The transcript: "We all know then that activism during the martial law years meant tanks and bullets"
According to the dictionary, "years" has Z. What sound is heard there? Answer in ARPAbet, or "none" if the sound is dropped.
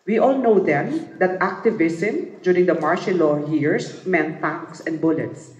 S